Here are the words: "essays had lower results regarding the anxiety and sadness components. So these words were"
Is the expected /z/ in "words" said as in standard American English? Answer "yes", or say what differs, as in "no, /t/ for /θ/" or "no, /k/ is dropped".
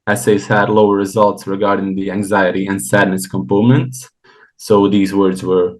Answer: yes